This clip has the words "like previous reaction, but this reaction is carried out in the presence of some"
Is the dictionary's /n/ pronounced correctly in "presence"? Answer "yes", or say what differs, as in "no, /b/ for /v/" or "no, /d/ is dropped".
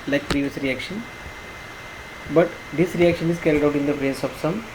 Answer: no, /n/ is dropped